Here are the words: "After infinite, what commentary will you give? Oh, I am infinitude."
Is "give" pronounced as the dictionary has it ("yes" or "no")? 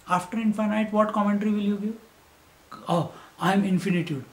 no